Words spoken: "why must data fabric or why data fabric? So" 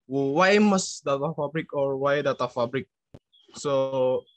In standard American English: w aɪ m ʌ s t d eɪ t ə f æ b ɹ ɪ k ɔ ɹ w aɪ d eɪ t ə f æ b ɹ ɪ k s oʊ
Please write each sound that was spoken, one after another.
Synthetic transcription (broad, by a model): w aɪ m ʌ s d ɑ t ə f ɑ b ɹ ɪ k ɔ ɹ w aɪ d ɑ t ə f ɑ b ɹ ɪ k s oʊ